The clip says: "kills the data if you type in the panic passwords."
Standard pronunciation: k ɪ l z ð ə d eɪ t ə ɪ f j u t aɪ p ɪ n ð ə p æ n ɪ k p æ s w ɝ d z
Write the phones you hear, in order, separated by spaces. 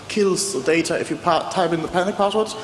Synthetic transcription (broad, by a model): k ɪ l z ð ə d eɪ t ə ɪ f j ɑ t aɪ b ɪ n ð ə p æ n ɪ k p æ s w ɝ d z